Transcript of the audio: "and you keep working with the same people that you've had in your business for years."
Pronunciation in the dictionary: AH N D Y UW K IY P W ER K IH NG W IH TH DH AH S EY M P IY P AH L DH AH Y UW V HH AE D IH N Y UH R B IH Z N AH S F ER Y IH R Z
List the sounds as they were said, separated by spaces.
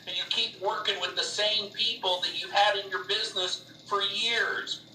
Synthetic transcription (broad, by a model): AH N Y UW K IY P W ER K IH NG W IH DH AH S EY M P IY P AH L DH AH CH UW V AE D IH N Y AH R B IH Z N AH S F ER Y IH R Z